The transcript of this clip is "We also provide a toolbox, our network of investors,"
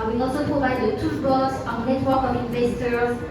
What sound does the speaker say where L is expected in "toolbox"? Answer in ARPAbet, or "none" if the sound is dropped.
none